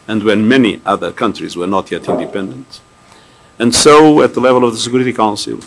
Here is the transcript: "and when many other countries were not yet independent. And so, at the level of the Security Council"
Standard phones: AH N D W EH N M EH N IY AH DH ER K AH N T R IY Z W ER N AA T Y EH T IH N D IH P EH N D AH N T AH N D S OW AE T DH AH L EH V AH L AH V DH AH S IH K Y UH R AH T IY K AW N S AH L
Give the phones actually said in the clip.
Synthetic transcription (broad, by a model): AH N D W EH N M EH N IY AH DH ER K AH N T R IY Z W ER N AA T Y EH T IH N D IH P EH N D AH N T AH N D S OW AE T DH AH L EH V AH L AH V DH AH S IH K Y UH R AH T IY K AW N S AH L